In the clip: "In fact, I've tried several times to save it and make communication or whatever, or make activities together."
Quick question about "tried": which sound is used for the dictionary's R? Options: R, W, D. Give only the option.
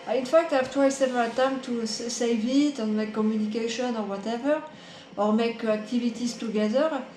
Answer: W